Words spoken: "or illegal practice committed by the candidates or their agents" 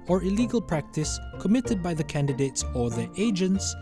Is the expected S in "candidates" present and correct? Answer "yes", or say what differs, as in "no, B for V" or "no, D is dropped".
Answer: yes